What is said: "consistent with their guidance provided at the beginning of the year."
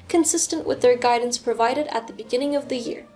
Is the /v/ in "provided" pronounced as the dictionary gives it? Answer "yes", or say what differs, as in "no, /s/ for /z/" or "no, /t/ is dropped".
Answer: yes